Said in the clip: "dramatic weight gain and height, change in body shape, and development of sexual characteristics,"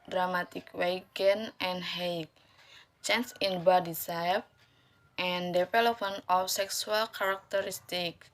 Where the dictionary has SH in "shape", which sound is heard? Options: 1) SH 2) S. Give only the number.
2